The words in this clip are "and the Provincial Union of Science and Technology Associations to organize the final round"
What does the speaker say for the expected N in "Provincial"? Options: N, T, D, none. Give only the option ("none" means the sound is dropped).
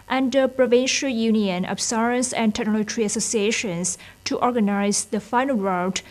N